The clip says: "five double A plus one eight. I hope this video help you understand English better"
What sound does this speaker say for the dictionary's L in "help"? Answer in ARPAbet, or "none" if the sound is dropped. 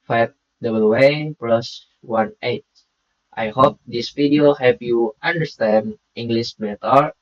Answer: none